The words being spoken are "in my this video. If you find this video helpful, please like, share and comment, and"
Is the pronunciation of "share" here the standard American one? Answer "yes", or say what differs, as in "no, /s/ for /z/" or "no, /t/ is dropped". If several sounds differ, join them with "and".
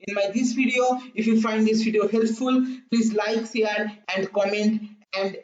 no, /s/ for /ʃ/